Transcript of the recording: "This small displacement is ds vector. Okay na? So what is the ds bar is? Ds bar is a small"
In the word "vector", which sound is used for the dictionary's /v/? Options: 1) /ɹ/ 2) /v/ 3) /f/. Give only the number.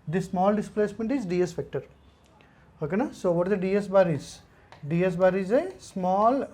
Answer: 3